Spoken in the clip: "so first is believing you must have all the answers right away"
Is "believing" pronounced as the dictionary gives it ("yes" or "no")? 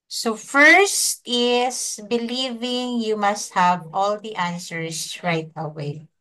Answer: yes